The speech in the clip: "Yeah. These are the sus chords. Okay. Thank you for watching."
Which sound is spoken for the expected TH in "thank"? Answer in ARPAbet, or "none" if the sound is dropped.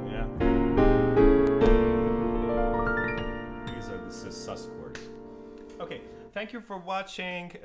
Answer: TH